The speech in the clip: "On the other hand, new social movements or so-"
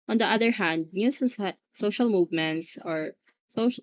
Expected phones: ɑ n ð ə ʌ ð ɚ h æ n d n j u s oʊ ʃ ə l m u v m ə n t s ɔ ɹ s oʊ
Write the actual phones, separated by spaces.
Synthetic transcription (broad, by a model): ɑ n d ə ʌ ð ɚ h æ n d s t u s oʊ ʃ ə l m u v m ə n t s ɔ ɹ s oʊ